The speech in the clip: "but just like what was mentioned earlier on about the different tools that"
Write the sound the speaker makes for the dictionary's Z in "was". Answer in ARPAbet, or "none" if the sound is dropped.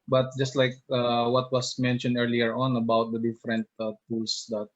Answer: S